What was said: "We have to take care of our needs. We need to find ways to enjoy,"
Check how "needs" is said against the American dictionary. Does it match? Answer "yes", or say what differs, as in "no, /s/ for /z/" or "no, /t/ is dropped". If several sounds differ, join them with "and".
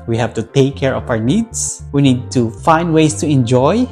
no, /s/ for /z/